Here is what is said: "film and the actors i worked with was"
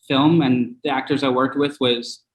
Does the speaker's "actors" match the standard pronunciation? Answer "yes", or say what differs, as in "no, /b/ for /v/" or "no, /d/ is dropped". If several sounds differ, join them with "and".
yes